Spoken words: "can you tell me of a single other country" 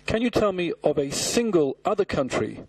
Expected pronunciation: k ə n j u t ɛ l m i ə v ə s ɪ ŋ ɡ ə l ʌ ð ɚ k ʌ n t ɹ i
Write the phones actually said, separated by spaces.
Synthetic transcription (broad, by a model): k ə n j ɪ t ɛ l m i ə v ə s ɪ ŋ ɡ ə l ʌ ð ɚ k ʌ n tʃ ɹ i